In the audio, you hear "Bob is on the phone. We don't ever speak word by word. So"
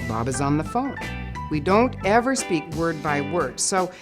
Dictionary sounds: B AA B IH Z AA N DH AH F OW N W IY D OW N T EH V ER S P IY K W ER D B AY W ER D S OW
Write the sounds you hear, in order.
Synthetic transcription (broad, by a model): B AA B IH Z N DH AH F OW N W IY D OW N T EH V ER S P IY K W ER D B AY W ER D S OW